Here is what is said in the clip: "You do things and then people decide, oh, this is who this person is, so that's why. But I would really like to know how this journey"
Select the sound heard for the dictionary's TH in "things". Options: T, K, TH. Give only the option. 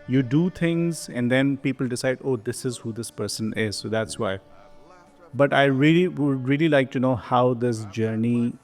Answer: T